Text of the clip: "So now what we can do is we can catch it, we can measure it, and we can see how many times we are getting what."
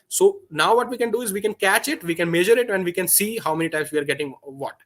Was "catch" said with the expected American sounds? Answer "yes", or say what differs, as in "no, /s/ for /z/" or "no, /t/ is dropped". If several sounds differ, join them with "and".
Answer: yes